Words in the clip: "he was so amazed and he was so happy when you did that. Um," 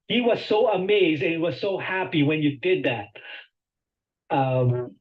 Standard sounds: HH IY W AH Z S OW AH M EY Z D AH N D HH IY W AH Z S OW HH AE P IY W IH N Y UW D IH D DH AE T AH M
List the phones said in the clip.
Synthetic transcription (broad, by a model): HH IY W AH Z S OW AH M EY Z D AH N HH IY W AH Z S OW HH AE P IY W IH N Y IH D IH D DH AE T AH M